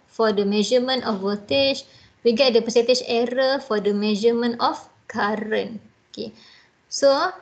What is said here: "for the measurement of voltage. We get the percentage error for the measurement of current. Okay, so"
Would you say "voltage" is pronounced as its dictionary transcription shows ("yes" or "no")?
no